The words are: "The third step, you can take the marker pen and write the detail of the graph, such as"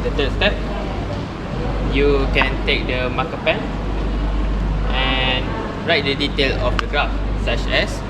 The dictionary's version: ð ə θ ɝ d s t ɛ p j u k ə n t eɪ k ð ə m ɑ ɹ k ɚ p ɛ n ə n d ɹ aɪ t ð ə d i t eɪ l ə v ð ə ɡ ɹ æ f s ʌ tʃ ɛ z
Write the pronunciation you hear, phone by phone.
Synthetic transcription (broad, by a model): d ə t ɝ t s t ɛ p j u k ə n t eɪ k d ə m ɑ k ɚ p ɛ n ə n ɹ aɪ t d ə d i t eɪ l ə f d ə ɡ ɹ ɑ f s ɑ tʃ ɛ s